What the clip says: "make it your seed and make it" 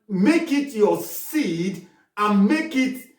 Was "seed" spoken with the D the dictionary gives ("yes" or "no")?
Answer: yes